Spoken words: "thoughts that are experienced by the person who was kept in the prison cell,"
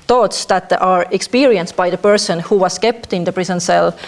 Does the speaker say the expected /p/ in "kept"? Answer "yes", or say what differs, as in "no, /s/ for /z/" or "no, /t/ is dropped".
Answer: yes